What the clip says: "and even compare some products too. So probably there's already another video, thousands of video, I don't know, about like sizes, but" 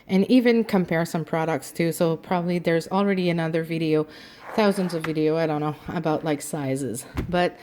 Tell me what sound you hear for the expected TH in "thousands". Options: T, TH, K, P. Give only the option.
TH